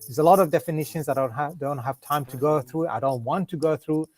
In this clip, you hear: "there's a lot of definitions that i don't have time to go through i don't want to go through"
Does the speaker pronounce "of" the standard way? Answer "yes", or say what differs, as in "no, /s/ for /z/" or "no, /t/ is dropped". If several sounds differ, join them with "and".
yes